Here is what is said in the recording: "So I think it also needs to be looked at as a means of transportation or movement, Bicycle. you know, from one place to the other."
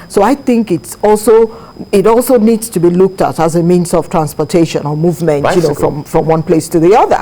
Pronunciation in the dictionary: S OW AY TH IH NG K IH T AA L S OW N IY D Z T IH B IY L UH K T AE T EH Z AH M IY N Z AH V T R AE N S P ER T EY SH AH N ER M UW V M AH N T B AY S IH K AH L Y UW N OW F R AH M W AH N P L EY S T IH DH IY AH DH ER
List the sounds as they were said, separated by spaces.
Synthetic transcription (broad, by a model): S OW AY TH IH NG K IH T AA L S OW N IY D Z T IH B IY L UH K T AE T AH Z AH M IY N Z AH V T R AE N S P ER T EY SH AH N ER M UW V M AH N T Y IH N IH AH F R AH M F R AH M W AH N P L EY S T IH DH IY AH DH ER